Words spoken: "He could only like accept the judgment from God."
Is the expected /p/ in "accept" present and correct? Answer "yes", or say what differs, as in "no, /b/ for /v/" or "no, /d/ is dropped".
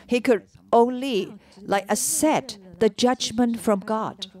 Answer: no, /p/ is dropped